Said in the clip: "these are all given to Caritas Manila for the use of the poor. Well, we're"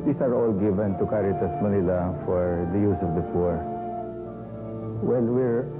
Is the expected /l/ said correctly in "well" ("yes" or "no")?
no